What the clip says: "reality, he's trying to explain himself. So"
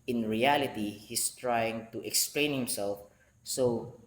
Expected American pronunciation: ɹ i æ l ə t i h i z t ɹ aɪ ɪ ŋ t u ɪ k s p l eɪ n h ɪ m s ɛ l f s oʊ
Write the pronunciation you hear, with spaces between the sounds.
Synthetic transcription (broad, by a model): ɹ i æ l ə t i h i s t ɹ aɪ ɪ ŋ t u ɪ k s p l eɪ n h ɪ m s ɛ l f s oʊ